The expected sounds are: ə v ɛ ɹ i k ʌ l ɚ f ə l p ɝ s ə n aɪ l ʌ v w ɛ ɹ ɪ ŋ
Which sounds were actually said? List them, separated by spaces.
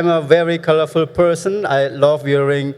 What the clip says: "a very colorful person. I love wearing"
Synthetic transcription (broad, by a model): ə v ɛ ɹ i k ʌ l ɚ f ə l p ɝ s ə n aɪ l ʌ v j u ɹ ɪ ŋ